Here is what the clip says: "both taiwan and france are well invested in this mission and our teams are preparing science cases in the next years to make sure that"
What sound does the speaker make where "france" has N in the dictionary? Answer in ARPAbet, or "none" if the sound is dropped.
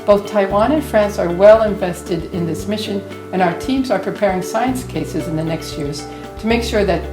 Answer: N